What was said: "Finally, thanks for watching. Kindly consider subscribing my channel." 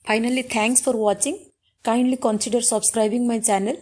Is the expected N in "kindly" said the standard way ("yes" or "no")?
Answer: yes